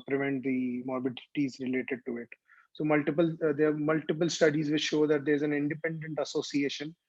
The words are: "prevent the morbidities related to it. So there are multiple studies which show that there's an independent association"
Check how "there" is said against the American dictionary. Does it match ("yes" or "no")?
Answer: no